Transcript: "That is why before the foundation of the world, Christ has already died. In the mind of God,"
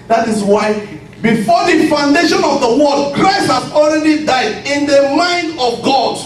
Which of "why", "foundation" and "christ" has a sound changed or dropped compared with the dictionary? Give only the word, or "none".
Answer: none